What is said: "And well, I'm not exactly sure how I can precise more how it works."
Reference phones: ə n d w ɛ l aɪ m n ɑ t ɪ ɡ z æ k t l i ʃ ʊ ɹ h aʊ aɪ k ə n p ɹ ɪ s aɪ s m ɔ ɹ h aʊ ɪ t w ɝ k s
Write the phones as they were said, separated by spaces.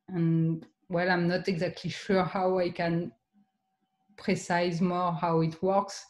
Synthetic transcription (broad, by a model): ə n w ɛ l aɪ m n ɑ t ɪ ɡ z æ k t l i ʃ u ɹ h aʊ aɪ k ə n p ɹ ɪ s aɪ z m ɔ ɹ h aʊ ɪ t w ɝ k s